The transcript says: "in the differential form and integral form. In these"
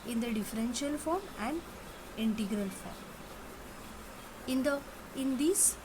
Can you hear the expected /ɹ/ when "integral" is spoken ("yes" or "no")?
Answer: yes